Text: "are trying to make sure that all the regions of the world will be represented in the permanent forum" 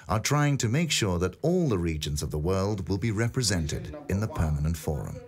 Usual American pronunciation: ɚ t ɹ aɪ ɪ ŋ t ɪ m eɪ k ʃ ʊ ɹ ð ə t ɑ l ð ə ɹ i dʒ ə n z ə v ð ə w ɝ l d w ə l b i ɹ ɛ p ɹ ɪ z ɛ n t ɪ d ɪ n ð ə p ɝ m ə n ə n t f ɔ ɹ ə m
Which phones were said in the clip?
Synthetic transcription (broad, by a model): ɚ t ɹ aɪ ɪ ŋ t ɪ m eɪ k ʃ ʊ ɹ ð ə t ɑ l ð ə ɹ i dʒ ə n z ə v ð ə w ɝ l d w ə l b i ɹ ɛ p ɹ ɪ z ɛ n t ɪ d ɪ n ð ə p ɝ m ə n ə n t f ɔ ɹ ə m